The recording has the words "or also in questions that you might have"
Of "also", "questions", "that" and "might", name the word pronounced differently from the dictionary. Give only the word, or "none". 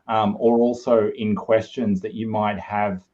none